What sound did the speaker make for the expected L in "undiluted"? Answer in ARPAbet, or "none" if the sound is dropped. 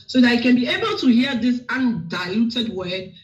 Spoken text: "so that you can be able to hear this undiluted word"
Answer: none